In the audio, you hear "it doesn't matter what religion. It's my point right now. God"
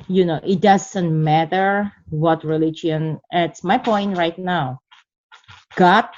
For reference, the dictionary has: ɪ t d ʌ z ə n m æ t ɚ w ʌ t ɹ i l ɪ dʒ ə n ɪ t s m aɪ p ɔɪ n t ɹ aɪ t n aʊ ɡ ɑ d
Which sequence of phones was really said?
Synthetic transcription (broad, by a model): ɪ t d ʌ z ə n m æ t ɚ w ʌ t ɹ i l ɪ dʒ ə n ɪ t s m aɪ p ɔɪ n t ɹ aɪ t n aʊ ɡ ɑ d